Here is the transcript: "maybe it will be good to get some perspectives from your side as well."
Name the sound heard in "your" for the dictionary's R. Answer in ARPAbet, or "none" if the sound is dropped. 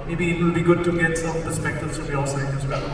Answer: L